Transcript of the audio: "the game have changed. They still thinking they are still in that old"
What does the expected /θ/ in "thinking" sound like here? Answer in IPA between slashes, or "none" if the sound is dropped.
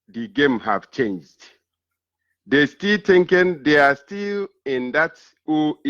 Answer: /t/